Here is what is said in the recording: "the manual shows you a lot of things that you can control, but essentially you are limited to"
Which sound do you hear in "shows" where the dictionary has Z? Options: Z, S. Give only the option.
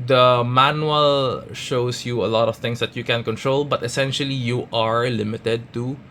S